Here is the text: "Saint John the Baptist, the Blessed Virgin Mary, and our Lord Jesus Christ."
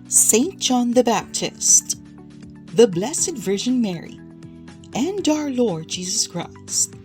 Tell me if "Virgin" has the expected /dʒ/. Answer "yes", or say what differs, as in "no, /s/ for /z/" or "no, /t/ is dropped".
no, /ʒ/ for /dʒ/